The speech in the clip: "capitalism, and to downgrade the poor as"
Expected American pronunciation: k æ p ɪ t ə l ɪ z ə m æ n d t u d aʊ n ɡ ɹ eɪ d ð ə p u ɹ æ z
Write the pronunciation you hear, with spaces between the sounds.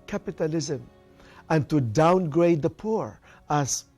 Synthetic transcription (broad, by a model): k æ p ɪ t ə l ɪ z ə m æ n t u d aʊ n ɡ ɹ eɪ d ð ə p u ɹ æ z